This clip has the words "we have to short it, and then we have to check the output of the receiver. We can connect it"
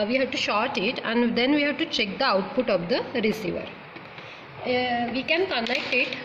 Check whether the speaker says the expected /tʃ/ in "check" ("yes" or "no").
yes